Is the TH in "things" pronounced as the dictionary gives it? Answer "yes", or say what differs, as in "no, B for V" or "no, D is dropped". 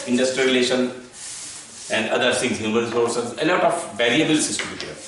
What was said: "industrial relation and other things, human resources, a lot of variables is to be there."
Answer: no, S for TH